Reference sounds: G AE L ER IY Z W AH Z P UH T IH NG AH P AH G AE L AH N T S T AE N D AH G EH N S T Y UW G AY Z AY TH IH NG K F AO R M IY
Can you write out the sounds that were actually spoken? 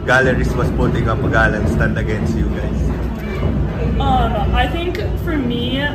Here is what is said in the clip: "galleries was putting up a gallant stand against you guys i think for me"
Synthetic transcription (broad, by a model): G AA L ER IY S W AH S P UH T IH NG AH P AH G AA L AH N S T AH N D AH G EH N S T Y UW G AY S AY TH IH NG K F AO R M IY